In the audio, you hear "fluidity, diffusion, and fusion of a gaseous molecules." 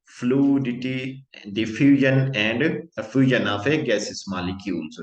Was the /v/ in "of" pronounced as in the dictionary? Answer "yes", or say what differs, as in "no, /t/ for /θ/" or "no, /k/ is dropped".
no, /f/ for /v/